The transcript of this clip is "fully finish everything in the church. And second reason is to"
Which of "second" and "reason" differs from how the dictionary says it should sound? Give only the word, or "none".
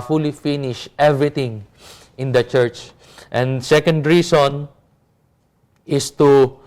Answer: reason